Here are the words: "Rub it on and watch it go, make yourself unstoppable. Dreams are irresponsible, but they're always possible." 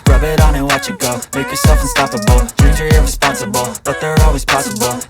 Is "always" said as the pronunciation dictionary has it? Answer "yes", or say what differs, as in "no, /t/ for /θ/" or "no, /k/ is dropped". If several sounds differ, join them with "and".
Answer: yes